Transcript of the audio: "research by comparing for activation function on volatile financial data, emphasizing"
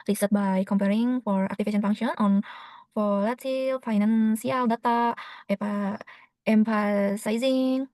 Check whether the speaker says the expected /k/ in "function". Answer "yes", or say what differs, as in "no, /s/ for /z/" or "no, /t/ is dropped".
no, /k/ is dropped